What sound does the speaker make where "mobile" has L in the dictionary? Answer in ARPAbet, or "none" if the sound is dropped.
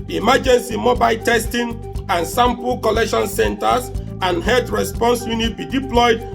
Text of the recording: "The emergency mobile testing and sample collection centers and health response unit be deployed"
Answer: L